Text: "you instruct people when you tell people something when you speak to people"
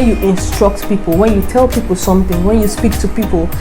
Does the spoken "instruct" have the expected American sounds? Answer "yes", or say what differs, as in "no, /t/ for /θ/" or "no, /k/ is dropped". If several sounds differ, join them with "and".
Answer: yes